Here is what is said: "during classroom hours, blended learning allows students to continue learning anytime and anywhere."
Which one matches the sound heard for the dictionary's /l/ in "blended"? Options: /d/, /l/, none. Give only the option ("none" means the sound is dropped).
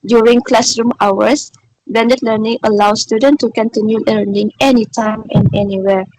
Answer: none